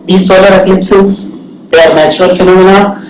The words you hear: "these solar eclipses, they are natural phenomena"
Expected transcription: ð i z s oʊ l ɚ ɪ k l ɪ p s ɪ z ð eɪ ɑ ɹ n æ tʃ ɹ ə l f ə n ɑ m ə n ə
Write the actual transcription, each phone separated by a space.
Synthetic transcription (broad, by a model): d i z s oʊ l ɚ ɪ k l ɪ p s ɪ z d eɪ ɑ ɹ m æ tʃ ə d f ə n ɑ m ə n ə